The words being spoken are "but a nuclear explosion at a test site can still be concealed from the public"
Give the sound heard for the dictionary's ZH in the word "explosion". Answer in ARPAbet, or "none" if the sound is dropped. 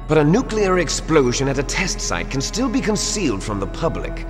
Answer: ZH